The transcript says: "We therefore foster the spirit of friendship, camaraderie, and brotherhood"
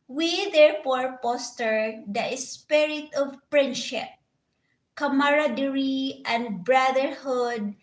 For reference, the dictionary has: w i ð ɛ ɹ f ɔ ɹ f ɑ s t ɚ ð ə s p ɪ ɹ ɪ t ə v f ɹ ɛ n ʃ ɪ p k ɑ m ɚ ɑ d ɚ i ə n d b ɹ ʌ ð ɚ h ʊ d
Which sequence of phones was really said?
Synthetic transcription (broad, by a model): w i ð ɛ ɹ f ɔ ɹ p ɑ s t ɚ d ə s p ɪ ɹ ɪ t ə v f ɹ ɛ n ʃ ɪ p k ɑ m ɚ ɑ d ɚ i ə n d b ɹ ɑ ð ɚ h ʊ d